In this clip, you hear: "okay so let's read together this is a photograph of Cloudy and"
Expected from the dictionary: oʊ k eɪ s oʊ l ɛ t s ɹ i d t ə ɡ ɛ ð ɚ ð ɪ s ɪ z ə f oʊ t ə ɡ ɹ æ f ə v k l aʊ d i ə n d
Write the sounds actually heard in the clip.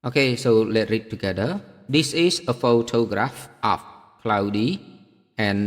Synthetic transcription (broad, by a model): oʊ k eɪ s oʊ l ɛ t ɹ i d t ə ɡ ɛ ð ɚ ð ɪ s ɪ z ə f oʊ t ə ɡ ɹ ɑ f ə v k l aʊ d i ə n